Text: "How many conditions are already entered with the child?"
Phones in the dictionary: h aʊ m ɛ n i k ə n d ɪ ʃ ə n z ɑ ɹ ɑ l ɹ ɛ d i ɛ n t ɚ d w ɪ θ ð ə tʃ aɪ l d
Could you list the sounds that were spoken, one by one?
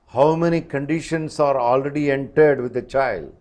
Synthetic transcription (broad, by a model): h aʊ m ɛ n i k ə n d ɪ ʃ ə n s ɑ ɹ ɑ l ɹ ɛ d i ɛ n t ɚ d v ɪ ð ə tʃ aɪ l d